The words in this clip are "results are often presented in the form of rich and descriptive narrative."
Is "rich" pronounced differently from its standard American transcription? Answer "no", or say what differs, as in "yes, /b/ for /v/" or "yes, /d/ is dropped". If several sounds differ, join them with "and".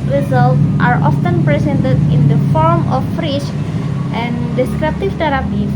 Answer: yes, /ʃ/ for /tʃ/